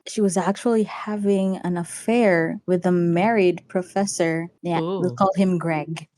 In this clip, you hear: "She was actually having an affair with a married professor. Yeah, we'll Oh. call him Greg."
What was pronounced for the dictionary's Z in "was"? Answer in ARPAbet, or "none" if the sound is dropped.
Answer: Z